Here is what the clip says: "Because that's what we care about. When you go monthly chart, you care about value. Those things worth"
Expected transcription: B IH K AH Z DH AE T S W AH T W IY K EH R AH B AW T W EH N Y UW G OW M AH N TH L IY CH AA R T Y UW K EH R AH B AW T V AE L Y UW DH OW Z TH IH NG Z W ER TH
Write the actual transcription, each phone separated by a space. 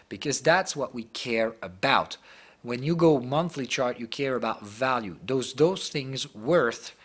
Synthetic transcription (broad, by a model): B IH K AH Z DH AE T S W AH T W IY K EH R AH B AW T W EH N Y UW G OW M AH N TH L IY CH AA R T Y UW K EH R AH B AW T V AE L Y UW DH OW Z TH IH NG Z W ER TH